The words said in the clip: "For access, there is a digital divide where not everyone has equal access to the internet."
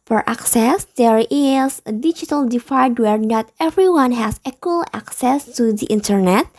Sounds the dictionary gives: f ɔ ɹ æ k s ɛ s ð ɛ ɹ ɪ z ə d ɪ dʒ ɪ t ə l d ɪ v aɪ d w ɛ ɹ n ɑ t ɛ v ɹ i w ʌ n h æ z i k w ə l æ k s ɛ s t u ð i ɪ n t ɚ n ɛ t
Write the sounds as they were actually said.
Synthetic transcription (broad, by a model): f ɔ ɹ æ k s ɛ s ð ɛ ɹ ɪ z ə d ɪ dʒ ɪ t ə l d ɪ f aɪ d w ɛ ɹ n ɑ t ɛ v ɹ i w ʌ n h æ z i k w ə l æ k s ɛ s t u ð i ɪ n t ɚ n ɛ t